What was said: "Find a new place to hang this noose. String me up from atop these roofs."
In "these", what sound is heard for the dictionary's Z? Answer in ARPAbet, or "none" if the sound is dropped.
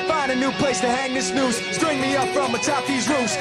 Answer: Z